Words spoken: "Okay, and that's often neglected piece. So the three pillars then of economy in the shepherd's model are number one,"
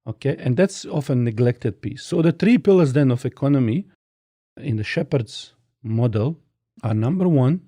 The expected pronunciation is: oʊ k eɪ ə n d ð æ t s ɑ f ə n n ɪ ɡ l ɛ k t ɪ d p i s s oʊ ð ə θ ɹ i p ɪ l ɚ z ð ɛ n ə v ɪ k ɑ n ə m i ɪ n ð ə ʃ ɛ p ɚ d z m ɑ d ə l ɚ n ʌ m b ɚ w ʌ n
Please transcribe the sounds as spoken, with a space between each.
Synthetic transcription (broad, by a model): oʊ k eɪ ə n d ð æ t s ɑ f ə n n ɪ ɡ l ɛ k t ɪ d p i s s oʊ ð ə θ ɹ i p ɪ l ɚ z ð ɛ n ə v ɪ k ɑ n ə m i ɪ n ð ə ʃ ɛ p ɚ d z m ɑ d ə l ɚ n ʌ m b ɚ w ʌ n